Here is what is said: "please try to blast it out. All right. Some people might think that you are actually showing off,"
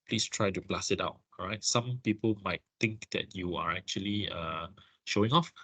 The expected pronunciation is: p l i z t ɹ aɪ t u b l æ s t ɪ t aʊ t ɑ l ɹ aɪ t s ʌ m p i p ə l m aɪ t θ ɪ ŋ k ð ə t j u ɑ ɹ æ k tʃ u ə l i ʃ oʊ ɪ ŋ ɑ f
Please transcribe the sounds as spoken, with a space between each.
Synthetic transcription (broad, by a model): p l i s t ɹ aɪ t u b l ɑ s ɪ t aʊ t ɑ ɹ aɪ t s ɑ m p i p ə l m aɪ t t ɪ ŋ k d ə t j u ɑ ɹ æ k tʃ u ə l i ʃ oʊ ɪ ŋ ɑ f